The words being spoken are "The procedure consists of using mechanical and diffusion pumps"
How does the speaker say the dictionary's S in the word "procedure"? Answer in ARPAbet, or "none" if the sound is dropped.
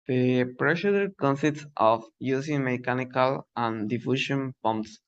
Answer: SH